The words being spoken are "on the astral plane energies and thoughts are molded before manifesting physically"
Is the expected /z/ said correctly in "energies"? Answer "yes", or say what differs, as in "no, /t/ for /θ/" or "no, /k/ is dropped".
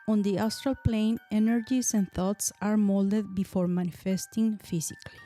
no, /s/ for /z/